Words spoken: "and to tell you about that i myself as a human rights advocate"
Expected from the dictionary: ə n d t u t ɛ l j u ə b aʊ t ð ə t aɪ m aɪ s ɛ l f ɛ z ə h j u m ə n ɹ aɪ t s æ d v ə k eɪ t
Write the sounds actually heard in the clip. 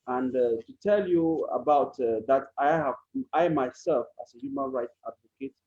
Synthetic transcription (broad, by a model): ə n d t u t ɛ l j u ə b aʊ t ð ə t aɪ m aɪ s ɛ l f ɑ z ə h j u m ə n ɹ aɪ t s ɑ d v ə k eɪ t